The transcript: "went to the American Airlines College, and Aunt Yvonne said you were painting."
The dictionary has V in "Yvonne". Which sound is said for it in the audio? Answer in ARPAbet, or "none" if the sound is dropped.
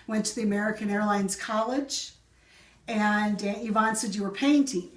V